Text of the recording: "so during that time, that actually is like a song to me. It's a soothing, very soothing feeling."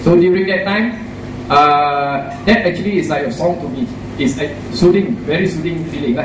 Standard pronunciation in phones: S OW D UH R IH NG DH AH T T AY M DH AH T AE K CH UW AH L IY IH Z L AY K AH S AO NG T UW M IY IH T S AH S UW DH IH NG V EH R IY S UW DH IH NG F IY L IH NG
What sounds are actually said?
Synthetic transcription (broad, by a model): S OW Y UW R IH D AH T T AY M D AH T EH K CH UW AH L IY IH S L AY AH S AO NG T UW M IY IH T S AH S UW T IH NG V EH R IY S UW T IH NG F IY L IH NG